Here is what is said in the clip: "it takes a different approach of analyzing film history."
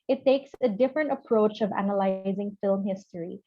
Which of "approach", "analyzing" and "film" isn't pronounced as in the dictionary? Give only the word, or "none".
none